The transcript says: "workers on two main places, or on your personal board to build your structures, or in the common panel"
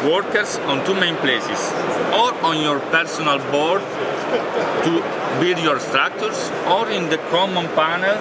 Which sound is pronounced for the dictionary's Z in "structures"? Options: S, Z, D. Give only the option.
S